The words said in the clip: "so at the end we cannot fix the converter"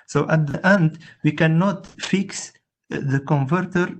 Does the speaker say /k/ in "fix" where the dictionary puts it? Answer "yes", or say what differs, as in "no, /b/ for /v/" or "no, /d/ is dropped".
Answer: yes